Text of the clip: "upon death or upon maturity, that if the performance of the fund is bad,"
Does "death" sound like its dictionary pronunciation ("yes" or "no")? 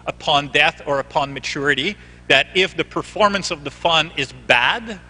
yes